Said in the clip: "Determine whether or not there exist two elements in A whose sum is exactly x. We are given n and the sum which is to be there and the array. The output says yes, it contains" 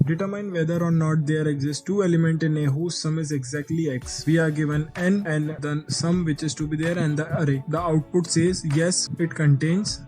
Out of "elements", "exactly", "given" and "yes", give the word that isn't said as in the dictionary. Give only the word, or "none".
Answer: elements